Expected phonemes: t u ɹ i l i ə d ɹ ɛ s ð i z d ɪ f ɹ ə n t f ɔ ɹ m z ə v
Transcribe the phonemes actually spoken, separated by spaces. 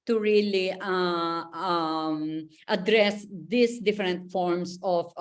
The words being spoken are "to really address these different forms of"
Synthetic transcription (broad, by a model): t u ɹ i l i ə d ɹ ɛ s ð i s d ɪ f ɹ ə n t f ɔ ɹ m s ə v